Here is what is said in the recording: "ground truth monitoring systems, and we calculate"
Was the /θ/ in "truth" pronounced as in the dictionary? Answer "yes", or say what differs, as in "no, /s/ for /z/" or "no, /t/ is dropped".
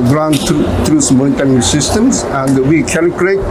no, /s/ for /θ/